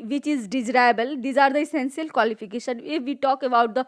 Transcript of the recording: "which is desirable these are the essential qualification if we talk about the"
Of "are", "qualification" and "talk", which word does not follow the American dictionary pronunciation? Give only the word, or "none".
qualification